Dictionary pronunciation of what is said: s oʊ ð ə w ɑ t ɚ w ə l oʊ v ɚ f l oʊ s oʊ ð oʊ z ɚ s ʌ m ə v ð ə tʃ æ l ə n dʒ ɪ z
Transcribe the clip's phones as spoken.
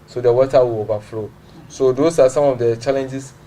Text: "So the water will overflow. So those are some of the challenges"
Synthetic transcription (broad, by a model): s oʊ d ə w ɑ t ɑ w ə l oʊ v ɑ f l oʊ s oʊ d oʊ s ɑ s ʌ m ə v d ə tʃ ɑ l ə n dʒ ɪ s